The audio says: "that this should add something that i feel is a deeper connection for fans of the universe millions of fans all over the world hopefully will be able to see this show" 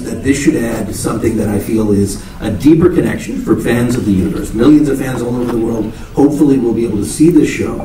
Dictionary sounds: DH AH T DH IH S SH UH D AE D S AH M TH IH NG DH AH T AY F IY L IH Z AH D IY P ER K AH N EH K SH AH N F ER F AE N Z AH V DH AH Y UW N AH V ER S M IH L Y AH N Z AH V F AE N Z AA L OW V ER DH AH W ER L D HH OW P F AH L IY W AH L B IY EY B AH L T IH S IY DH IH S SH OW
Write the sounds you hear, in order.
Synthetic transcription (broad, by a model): DH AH T DH IH S SH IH D AE D S AH M TH IH NG DH AH T AY F IY L IH Z AH D IY P ER K AH N EH K SH AH N F ER F AE N Z AH V DH AH Y UW N AH V ER S M IH L Y AH N Z AH V F AE N Z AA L OW V ER DH AH W ER L D HH OW P F L IY W AH L B IY EY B L T IH S IY DH IH S SH OW